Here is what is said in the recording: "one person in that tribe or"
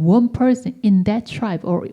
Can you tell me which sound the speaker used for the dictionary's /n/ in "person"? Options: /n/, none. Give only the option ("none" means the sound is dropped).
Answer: none